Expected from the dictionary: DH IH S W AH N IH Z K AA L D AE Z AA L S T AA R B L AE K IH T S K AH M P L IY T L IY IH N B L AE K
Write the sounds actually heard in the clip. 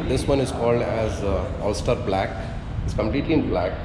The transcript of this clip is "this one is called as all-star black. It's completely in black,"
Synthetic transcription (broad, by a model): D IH S W AH N IH Z K AA L D AE Z AA L S T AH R B L AE K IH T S K AH M P L IY T L IY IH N B L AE K